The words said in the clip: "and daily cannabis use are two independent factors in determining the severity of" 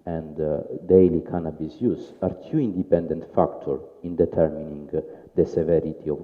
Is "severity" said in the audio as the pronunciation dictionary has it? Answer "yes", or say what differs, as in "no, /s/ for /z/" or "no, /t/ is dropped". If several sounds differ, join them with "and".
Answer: yes